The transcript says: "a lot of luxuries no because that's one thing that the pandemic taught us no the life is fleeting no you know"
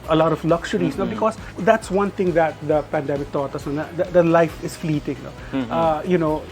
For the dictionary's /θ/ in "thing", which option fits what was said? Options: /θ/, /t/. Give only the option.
/t/